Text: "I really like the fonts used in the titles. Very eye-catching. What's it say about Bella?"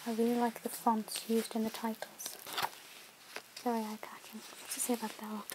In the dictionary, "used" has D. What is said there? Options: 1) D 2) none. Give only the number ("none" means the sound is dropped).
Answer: 1